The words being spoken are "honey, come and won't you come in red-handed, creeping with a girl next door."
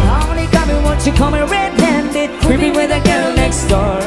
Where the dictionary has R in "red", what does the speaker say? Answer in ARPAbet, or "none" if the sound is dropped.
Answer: R